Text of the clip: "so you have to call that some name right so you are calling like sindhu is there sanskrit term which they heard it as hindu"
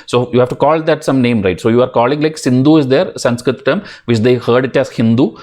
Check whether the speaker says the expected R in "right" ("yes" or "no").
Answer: yes